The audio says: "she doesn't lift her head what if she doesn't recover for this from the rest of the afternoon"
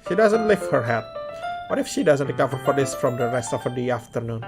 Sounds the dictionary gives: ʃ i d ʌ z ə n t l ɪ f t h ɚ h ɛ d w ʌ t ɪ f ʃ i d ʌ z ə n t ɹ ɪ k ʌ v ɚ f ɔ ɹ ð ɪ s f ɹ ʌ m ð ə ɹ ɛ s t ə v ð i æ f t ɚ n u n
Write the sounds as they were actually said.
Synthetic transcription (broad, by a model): ʃ i d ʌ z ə n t l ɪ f h ɚ h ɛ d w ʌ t ɪ f ʃ i d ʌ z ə n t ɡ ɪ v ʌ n f ɔ ɹ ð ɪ s f ɹ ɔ m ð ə ɹ ɛ s t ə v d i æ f t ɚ n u n